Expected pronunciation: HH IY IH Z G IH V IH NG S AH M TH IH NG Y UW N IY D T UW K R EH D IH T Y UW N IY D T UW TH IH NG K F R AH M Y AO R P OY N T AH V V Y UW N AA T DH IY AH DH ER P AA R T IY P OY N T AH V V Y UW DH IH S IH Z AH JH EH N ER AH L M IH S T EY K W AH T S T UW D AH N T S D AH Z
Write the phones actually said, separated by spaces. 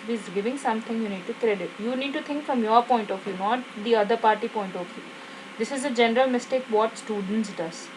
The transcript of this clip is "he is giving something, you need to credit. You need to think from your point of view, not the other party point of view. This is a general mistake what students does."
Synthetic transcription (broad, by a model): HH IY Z G IH V IH NG S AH M T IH NG Y UW N IY D T UW K R EH D IH T Y UW N IY D T UW T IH NG K F R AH M Y AO R P OY N T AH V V Y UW N AA T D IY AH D ER P AA R T IY P OY N T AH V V Y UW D IH S IH Z AH JH EH N ER AH L M IH S T EY K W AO T S T UW D AH N T S D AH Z